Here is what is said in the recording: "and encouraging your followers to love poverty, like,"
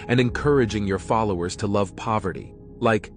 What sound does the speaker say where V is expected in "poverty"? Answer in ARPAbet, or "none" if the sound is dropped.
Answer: V